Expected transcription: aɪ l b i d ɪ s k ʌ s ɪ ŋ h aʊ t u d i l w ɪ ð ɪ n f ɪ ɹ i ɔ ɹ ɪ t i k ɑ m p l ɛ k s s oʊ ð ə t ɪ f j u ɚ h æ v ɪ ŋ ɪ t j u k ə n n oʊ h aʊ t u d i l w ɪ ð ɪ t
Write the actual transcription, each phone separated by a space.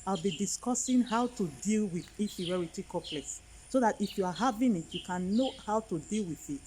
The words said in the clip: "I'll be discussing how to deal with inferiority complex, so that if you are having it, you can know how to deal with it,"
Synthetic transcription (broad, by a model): aɪ l b i d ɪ s k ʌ s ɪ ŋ h aʊ t u d i l w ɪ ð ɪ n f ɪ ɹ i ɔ ɹ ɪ t i k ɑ p l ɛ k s s oʊ ð ə t ɪ f j u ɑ h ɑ v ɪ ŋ ɪ t j u k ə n n oʊ h aʊ t u d i l w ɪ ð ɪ t